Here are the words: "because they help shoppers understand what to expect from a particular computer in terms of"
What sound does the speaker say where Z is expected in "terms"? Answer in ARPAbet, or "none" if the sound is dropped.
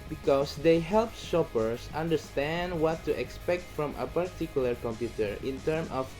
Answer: none